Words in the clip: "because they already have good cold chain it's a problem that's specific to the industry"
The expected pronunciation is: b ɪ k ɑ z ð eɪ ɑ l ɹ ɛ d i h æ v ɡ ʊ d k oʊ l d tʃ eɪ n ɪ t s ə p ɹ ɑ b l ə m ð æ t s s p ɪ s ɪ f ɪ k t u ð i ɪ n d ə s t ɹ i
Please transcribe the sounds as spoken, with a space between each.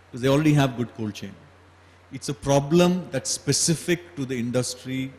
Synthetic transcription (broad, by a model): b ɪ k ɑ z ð eɪ ɑ l ɹ ɛ d i h æ v ɡ ʊ d k oʊ l tʃ eɪ n ɪ t s ə p ɹ ɑ b l ə m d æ t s s p ɪ s ɪ f ɪ k t u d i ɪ n d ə s t ɹ i